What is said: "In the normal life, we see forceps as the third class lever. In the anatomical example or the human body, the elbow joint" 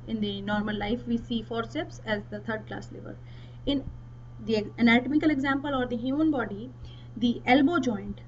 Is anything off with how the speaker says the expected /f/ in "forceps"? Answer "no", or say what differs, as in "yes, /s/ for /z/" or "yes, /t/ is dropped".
no